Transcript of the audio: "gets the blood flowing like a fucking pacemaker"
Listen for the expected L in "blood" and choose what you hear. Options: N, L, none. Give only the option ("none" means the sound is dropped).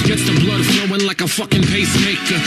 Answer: L